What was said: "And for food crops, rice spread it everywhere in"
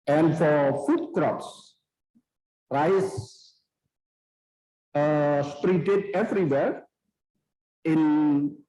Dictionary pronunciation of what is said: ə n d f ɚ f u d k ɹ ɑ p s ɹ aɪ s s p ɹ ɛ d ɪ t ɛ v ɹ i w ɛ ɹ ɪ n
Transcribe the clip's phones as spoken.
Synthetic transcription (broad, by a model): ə n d f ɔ f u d k ɹ ɑ p s ɹ aɪ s s p ɹ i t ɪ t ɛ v ɹ i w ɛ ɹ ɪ n